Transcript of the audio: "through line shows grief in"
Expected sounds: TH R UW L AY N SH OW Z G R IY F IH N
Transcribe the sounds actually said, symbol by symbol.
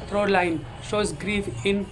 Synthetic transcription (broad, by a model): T R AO L AY N SH OW Z G R IY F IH N